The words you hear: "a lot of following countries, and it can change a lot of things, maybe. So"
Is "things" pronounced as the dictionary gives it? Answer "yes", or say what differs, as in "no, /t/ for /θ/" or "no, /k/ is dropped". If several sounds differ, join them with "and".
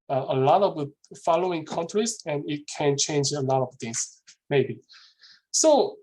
no, /t/ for /θ/ and /s/ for /z/